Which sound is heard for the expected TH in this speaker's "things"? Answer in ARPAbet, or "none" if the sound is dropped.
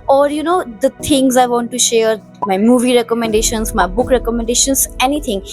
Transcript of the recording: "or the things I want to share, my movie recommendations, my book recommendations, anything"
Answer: T